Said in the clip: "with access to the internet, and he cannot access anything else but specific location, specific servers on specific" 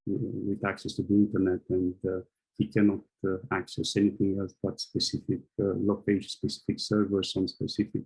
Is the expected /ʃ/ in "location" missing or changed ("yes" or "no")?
yes